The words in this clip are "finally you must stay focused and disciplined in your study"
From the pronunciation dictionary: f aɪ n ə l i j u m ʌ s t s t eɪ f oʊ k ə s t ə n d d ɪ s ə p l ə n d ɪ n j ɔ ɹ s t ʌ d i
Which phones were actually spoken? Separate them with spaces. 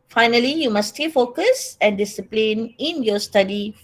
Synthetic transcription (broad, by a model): f aɪ n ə l i j u m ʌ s s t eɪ f oʊ k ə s ə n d d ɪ s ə p l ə n ɪ n j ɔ s t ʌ d i